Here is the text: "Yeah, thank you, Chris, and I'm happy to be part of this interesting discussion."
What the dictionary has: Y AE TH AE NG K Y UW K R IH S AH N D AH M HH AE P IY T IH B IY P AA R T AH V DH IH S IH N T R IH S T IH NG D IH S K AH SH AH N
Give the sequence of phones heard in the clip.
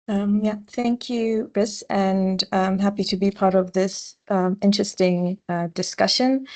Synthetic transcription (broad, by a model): Y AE TH AE NG K Y UW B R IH S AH N AH M HH AE P IY T IH B IY P AA R T AH V DH IH S IH N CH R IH S T IH NG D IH S K AH SH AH N